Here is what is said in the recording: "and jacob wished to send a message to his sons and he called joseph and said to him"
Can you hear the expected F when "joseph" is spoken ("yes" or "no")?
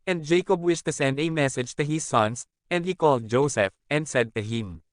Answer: yes